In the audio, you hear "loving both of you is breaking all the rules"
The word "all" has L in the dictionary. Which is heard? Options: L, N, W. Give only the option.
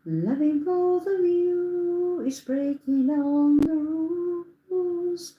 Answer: N